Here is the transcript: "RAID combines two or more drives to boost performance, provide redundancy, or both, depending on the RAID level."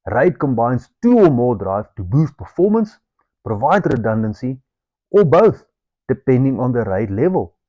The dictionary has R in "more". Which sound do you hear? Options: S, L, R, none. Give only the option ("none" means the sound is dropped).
L